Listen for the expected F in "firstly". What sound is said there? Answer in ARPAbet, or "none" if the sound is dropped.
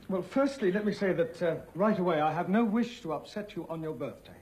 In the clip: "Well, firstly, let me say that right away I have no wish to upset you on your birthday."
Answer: F